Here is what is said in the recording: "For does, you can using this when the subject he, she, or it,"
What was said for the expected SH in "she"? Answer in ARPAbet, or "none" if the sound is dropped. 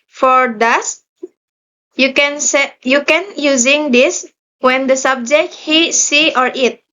S